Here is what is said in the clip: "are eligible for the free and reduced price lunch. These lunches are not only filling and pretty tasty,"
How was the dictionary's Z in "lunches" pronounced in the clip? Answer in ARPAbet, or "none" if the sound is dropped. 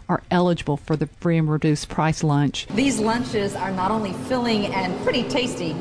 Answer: Z